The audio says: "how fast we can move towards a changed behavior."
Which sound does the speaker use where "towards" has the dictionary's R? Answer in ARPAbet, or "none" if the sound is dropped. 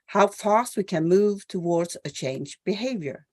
R